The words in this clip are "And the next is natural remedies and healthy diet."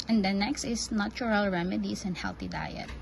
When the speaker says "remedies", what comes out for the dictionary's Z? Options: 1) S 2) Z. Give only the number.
1